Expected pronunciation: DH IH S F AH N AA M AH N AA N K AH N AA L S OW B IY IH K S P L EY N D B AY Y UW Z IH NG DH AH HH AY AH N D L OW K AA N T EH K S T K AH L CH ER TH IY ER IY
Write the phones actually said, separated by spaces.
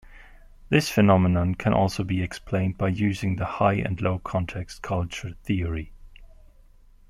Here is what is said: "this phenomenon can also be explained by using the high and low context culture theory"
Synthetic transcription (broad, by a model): DH IH S F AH N AA M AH N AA N K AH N AA L S OW B IY IH K S P L EY N D B AY Y UW Z IH NG DH AH HH AY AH N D L OW K AA N T EH K S T K AH L CH ER TH IY ER IY